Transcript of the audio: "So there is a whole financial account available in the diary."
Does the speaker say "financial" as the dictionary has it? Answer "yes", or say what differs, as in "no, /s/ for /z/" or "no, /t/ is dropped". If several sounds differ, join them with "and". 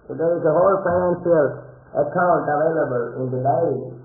no, /s/ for /ʃ/